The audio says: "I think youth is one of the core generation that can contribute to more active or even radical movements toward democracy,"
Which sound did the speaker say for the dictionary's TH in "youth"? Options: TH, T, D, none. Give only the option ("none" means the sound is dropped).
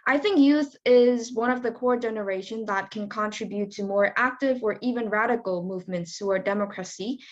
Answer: TH